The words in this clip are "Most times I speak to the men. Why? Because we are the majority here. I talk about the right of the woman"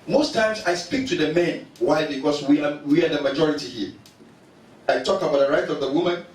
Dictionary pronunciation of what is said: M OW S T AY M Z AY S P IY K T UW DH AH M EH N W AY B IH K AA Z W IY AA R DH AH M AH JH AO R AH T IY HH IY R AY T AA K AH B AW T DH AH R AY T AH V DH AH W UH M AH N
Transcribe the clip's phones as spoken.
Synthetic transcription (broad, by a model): M OW S T AY M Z AY S P IY K T UW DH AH M EH N W AY B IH K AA S W IY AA W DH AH M AH JH AO R AH T IY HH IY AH AY T AA K AH B AW T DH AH R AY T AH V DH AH W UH M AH N